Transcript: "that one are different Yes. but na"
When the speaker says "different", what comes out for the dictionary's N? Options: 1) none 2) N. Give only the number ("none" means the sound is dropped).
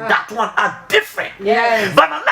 2